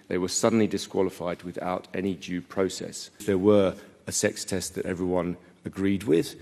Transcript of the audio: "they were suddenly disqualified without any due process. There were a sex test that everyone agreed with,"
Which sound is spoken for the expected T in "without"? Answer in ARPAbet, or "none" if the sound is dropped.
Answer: T